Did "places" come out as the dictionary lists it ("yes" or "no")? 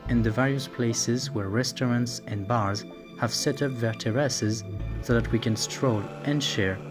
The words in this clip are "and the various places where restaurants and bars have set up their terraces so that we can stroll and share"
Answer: yes